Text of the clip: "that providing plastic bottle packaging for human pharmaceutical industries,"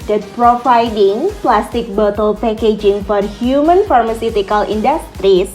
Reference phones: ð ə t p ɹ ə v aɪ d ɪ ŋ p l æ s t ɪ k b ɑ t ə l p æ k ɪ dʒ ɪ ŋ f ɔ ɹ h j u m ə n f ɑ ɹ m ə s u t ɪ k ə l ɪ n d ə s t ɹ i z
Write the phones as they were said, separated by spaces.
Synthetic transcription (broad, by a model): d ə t p ɹ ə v aɪ d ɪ ŋ p l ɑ s t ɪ k b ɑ t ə l p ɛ k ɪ dʒ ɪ ŋ f ɔ ɹ h j u m ə n f ɑ ɹ m ə s u t ɪ k ə l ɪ n d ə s t ɹ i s